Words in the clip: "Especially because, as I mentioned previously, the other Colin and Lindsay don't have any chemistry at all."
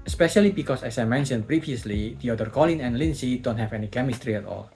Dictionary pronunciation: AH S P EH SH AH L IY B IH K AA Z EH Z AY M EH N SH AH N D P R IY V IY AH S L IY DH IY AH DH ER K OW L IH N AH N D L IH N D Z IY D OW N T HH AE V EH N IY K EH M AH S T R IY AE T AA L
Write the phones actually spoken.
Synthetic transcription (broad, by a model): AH S P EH SH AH L IY B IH K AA S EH S AY M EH N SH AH N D P R IY V IY AH S L IY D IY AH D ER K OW L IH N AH N L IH N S IY D OW N T HH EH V EH N IY K EH M AH S T R IY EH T AA L